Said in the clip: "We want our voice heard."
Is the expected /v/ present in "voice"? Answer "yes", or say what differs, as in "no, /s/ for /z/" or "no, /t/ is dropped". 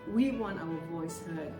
yes